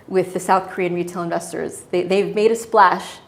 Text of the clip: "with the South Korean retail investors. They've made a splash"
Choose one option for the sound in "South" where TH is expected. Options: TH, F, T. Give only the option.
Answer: TH